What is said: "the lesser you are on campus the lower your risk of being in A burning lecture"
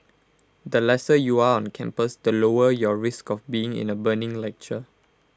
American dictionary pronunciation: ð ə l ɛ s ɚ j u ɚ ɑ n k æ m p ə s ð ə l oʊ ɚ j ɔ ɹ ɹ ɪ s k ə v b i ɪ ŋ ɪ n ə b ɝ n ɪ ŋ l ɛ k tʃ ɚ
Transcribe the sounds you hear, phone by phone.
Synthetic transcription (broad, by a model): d ə l ɛ s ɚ j u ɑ ɑ n k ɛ m p ə s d ə l oʊ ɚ j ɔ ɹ ɹ ɪ s k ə f b i ɪ ŋ ɪ n ə b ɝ n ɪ ŋ l ɛ k tʃ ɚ